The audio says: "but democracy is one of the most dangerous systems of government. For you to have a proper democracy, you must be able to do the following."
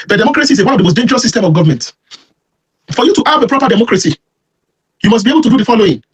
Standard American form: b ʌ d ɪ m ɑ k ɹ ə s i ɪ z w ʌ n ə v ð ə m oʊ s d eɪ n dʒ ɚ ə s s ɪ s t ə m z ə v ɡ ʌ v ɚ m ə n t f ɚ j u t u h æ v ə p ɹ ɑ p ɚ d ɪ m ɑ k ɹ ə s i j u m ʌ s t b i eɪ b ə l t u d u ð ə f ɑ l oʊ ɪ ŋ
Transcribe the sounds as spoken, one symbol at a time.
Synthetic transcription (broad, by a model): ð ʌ d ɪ m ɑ k ɹ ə s i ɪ w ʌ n ə v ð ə m oʊ s d eɪ n dʒ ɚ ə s s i s t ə m ə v ɡ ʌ v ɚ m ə n t f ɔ j u t u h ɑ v ə p ɹ ɑ p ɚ d ɪ m ɑ k ɹ ə s i j u m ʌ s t b i eɪ b ə l t u d u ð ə f ɑ l oʊ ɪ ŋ